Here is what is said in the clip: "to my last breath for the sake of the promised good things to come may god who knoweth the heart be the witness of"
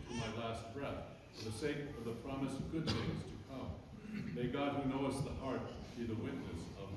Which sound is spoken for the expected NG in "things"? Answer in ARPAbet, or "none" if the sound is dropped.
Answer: none